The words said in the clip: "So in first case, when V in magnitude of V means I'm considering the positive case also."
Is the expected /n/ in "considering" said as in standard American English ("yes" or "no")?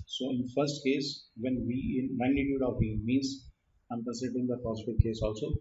no